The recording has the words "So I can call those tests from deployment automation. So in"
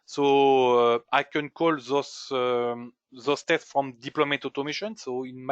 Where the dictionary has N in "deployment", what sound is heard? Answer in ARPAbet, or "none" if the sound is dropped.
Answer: none